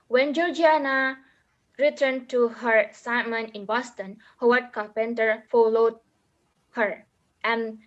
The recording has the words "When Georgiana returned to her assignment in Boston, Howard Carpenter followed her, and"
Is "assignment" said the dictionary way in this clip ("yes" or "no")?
no